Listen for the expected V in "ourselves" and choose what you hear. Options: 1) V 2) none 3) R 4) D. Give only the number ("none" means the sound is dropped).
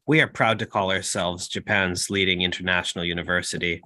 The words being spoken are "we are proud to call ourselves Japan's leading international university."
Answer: 1